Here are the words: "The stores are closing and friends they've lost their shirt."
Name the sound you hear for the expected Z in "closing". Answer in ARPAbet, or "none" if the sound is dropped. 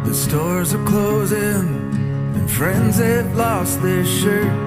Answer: Z